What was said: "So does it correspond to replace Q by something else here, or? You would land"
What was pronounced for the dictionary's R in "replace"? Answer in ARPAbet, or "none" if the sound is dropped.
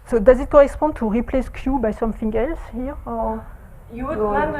R